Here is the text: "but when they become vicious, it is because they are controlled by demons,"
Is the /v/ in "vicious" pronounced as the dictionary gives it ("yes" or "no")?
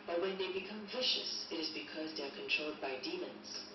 yes